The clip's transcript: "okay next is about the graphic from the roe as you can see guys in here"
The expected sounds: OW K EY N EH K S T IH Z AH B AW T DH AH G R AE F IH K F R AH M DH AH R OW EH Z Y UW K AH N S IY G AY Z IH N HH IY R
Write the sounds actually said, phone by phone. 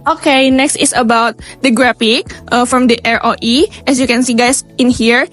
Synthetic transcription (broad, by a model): OW K EY N EH K S T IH S AH B AW T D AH G R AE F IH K F R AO M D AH R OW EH S Y UW K AH N S IY G AY S IH N HH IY R